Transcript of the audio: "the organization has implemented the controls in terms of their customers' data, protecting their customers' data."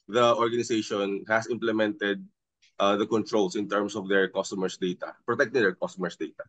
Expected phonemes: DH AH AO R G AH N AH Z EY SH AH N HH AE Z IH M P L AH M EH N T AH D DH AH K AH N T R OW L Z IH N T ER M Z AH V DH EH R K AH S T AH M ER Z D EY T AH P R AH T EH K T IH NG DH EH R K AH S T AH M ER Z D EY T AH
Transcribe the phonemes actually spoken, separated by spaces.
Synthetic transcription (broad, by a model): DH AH AO R G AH N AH S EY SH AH N HH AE S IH M P L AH M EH N T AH D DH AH K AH N T R OW L S IH N T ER M S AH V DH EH R K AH S T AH M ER S D EY T AH P R AH T EH K T IH NG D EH R K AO S T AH M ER S D EY T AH